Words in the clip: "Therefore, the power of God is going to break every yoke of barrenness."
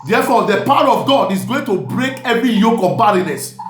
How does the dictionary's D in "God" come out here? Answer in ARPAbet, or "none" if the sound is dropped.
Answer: D